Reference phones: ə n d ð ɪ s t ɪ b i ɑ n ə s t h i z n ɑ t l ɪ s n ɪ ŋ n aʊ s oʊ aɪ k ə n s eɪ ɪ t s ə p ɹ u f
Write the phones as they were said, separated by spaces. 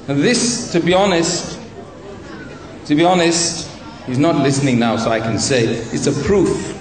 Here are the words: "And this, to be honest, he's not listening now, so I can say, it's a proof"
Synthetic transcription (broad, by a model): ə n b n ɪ s t ɪ b i ɑ n ə s t h i z n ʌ t l ɪ s n ɪ ŋ n aʊ s oʊ aɪ k ə n s eɪ ɪ t s ə p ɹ u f